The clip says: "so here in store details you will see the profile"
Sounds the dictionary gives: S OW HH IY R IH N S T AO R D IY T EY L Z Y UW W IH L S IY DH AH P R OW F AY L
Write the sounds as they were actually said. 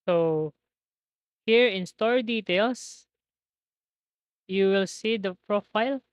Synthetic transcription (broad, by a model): S OW HH IY R IH N S T AO R D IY T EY L S Y UW W IH L S IY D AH P R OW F AY L